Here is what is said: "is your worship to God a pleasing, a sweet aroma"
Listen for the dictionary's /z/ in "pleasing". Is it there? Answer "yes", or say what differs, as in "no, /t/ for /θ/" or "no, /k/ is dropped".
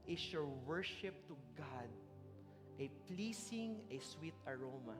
no, /s/ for /z/